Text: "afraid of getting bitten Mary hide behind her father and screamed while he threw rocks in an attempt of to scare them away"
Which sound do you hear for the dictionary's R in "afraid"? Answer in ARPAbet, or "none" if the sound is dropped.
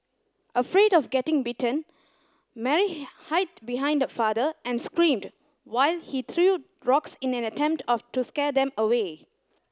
R